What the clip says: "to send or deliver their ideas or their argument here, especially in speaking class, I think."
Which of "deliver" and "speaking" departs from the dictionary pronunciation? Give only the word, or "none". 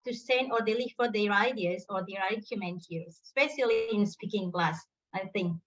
deliver